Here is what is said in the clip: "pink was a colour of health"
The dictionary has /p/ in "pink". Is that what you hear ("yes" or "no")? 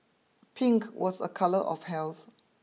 yes